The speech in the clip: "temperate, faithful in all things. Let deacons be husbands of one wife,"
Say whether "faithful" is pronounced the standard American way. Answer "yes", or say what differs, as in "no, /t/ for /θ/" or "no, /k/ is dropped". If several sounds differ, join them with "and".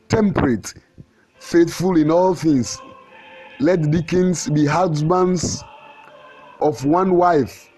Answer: yes